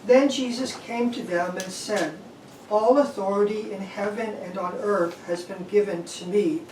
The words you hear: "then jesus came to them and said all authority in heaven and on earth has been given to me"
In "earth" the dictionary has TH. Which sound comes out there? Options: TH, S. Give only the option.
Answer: TH